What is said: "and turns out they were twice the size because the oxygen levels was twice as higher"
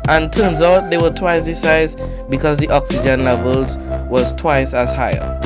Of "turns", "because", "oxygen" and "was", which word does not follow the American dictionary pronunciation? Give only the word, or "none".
none